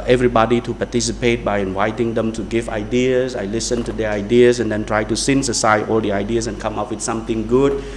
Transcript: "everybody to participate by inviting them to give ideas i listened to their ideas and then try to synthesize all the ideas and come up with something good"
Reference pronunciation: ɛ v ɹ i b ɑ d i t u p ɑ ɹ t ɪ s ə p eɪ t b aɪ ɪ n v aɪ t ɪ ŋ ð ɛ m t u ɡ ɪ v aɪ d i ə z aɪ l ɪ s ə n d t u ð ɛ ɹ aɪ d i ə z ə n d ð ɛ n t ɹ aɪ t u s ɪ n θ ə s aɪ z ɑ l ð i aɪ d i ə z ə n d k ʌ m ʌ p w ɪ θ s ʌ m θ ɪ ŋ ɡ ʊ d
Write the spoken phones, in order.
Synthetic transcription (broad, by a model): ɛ v ɹ i b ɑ d i t u p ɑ t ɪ s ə p eɪ t b aɪ ɪ n v aɪ t ɪ ŋ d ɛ m t u ɡ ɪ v aɪ d i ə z aɪ l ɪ s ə n t u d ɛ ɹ aɪ d i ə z ə n d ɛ n t ɹ aɪ t u s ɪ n s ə s aɪ ɑ l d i aɪ d i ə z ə n k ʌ m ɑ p w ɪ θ s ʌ m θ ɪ ŋ ɡ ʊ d